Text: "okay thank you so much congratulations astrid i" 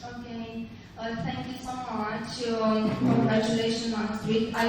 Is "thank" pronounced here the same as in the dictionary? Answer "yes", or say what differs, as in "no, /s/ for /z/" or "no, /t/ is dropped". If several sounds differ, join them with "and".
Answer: no, /t/ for /θ/